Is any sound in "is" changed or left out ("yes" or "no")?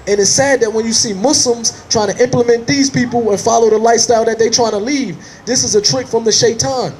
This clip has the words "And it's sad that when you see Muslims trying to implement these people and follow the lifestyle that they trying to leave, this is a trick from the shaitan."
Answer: no